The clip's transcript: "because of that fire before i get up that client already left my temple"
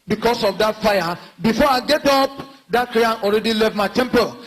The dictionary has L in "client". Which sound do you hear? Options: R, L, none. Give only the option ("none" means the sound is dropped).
none